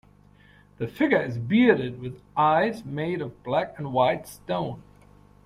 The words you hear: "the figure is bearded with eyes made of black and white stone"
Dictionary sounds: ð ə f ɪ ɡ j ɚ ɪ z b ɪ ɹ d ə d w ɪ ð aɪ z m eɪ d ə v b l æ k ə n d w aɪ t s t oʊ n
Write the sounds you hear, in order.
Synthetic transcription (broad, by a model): ð ə f ɪ ɡ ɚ ɪ z b ɪ ɹ d ə d w ɪ ð aɪ z m eɪ d ə v b l æ k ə n w aɪ t s t oʊ n